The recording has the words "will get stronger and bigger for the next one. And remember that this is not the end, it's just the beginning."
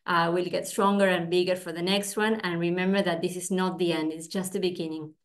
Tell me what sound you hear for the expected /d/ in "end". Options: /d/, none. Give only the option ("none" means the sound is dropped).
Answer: /d/